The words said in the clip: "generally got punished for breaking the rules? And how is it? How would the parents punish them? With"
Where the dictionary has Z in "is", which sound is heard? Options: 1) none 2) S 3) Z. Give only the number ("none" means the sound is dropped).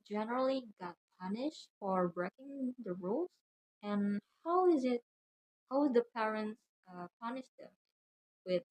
3